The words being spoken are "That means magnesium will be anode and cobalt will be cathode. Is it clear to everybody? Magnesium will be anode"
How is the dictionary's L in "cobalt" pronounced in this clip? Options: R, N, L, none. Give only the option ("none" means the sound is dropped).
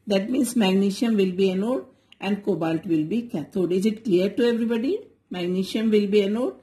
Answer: L